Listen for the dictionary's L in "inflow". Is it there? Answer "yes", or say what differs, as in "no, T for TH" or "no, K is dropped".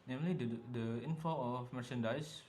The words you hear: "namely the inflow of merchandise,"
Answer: no, L is dropped